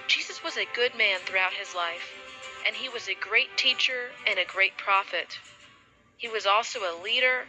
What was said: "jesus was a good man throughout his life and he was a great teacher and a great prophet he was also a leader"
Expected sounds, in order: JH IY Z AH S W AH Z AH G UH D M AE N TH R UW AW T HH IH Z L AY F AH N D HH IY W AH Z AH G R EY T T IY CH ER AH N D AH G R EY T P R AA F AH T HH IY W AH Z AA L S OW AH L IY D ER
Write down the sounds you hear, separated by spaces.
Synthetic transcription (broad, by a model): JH IY Z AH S W AH Z AH G UH D M AE N TH R UW AW T HH IH Z L AY F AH N IY W AH Z AH G R EY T T IY CH ER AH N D AH G R EY T P R AA F AH T HH IY W AH Z AA L S OW AH L IY D ER